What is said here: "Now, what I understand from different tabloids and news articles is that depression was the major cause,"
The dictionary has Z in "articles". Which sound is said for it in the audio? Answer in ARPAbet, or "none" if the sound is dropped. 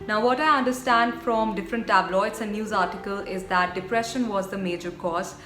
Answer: none